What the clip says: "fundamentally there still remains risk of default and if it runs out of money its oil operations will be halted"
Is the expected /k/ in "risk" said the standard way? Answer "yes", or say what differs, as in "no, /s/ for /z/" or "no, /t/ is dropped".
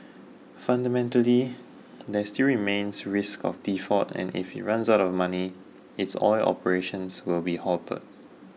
yes